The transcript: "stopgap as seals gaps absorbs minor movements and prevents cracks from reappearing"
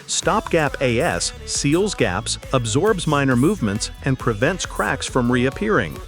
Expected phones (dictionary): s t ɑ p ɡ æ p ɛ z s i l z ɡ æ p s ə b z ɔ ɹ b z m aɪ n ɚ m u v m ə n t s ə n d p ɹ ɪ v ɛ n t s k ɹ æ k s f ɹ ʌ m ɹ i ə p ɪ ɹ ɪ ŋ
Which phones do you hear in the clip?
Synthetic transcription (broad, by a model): s t ɑ p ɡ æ p ɛ s i l z ɡ æ p s ə b z ɔ ɹ b z m aɪ n ɚ m u v m ə n t s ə n p ɹ ɪ v ɛ n t s k ɹ æ k s f ɹ ʌ m ɹ i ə p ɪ ɹ ɪ ŋ